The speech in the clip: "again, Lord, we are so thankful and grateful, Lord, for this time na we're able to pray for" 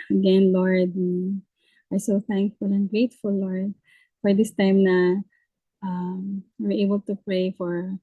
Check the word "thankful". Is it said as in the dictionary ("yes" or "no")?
yes